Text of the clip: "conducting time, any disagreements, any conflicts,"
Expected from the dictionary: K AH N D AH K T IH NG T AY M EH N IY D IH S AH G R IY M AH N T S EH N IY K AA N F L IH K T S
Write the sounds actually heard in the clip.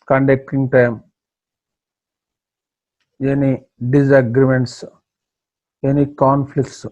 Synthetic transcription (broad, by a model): K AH N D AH K T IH NG T AY M EH N IY D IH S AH G R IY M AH N T S EH N IY K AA N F L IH K T S